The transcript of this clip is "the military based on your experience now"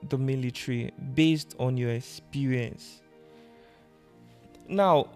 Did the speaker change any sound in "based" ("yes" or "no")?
no